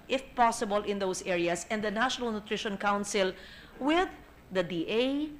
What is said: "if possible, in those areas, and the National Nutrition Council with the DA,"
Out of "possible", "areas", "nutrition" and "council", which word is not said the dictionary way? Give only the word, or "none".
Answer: areas